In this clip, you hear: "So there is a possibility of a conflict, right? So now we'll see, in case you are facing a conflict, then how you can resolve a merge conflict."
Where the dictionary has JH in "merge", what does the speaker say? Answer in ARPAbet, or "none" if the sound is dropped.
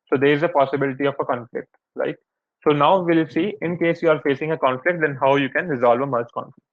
CH